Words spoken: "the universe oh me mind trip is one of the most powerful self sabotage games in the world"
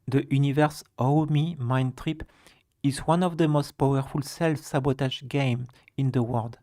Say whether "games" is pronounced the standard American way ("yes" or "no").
no